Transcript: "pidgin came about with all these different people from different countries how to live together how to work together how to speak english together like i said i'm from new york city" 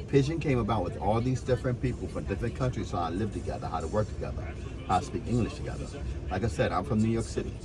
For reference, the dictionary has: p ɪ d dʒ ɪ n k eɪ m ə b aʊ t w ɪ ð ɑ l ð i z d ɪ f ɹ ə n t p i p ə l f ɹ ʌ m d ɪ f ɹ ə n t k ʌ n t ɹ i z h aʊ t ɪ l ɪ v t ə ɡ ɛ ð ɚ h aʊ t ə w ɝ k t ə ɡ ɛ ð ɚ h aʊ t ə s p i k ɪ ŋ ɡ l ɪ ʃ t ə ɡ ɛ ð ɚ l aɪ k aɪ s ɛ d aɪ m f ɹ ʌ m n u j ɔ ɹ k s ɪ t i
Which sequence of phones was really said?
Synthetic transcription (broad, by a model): p ɪ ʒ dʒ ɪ n k eɪ m ə b aʊ t w ɪ ð ɑ l ð i z d ɪ f ɹ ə n p i p l f ɹ ʌ m d ɪ f ɹ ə n k ʌ n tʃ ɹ i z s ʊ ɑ ɪ l ɪ v t ə ɡ ɛ ð ɚ h aʊ t ə w ɝ k t ə ɡ ɛ ð ɚ h aʊ t ə s p i k ɪ ŋ ɡ l ɪ ʃ t ə ɡ ɛ ð ɚ l aɪ k aɪ s ɛ d aɪ m f ɹ ʌ m n u j ɔ ɹ k s ɪ t i